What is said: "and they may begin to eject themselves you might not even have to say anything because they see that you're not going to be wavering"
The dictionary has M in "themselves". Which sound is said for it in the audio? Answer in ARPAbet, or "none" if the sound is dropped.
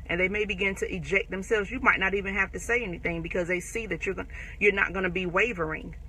M